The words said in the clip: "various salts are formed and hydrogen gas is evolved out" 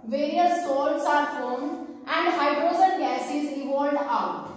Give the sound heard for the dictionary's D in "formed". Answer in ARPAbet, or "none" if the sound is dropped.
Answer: none